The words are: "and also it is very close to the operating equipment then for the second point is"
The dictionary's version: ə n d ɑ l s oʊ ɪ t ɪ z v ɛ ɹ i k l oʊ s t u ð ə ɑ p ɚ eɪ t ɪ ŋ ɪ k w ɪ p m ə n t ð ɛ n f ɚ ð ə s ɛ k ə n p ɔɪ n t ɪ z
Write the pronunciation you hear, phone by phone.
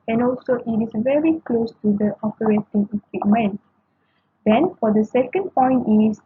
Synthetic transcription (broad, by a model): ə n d ɑ l s oʊ ɪ t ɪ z v ɛ ɹ i k l oʊ s t u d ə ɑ p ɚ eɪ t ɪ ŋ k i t m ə n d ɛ n f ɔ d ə s ɛ k ə n p ɔɪ n t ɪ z